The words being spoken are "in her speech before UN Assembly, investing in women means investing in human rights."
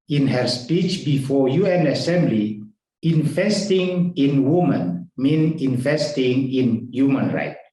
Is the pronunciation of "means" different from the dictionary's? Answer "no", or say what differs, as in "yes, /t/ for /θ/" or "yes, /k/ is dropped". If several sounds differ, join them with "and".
yes, /z/ is dropped